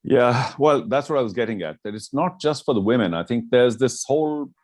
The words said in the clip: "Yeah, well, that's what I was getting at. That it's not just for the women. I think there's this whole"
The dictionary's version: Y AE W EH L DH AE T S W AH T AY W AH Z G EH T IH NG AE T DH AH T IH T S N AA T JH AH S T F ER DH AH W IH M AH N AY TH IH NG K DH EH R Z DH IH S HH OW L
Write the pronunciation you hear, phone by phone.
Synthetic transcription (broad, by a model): Y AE W EH L DH AE T S W AH T AY W AH Z G EH T IH NG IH T DH AH T IH T S N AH T JH AH S T F ER DH AH W IH M AH N AY TH IH NG K DH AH R Z DH IH S HH OW L